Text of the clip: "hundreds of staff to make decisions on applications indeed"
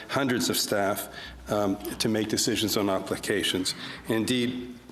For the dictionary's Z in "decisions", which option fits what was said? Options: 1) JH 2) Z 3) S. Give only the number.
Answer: 2